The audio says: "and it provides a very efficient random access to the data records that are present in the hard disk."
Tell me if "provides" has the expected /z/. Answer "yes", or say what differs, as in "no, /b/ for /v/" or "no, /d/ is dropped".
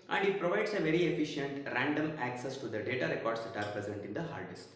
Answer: no, /s/ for /z/